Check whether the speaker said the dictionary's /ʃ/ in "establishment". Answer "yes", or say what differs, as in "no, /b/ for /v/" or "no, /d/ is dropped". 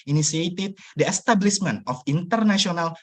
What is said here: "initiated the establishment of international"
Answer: no, /s/ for /ʃ/